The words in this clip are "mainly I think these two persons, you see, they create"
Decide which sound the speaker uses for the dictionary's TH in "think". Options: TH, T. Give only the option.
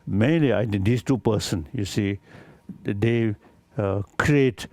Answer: T